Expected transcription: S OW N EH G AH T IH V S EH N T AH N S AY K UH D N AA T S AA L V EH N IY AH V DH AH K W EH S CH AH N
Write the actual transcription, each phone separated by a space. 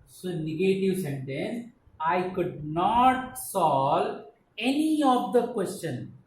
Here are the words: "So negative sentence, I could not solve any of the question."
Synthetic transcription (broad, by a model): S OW N EH G AH T IH V S EH N T AH N S AY K UH D N AA T S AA L EH N IY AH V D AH K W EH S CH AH N